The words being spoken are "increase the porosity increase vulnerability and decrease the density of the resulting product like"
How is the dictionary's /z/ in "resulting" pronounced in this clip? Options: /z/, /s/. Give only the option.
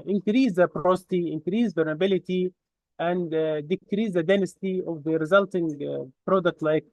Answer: /z/